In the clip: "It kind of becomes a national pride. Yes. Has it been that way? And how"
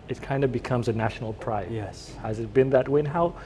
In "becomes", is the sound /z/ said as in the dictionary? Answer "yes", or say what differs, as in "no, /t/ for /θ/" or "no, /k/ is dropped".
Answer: yes